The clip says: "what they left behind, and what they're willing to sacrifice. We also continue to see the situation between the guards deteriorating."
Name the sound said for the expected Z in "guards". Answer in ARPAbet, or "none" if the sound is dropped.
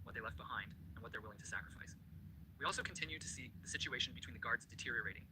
Z